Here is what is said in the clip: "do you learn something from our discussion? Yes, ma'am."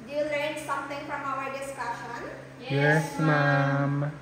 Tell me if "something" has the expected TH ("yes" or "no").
no